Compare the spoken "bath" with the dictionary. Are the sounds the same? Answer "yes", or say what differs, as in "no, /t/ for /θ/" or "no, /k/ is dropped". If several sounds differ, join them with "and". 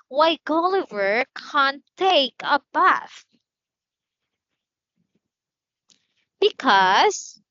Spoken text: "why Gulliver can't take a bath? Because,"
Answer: no, /f/ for /θ/